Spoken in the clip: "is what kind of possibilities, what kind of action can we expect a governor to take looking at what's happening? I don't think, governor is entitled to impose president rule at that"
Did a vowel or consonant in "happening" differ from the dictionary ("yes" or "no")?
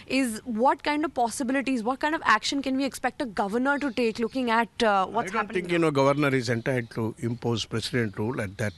yes